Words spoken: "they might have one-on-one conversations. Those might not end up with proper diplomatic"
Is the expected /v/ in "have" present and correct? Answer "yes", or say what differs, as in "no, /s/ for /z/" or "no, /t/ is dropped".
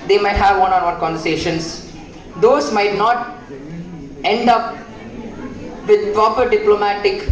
yes